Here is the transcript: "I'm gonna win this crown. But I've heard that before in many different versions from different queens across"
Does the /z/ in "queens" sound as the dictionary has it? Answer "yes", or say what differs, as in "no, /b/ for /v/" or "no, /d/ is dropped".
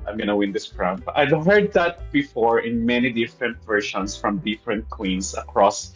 no, /s/ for /z/